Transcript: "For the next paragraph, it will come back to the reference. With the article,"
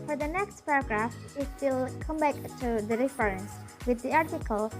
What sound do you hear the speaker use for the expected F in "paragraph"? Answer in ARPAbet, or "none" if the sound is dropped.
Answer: F